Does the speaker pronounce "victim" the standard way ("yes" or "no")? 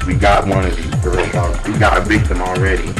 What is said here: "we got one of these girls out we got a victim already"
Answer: no